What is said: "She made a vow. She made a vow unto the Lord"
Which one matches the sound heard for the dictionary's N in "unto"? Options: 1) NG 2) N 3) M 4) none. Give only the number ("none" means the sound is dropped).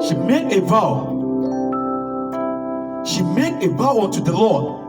4